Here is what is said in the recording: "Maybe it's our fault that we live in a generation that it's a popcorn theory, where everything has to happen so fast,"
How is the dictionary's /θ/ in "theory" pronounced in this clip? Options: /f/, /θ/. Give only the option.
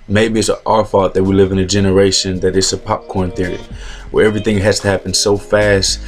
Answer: /θ/